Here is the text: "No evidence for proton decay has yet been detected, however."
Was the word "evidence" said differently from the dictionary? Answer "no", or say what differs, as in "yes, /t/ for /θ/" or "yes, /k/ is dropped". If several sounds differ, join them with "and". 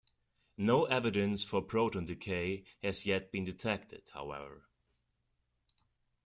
no